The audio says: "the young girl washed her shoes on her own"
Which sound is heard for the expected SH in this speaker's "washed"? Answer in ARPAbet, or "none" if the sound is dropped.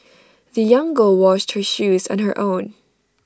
SH